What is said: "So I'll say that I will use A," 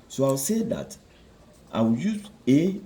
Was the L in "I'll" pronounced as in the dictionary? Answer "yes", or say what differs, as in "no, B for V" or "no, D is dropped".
no, W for L